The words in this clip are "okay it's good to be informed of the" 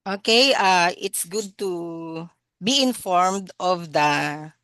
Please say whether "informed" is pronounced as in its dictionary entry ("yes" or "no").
yes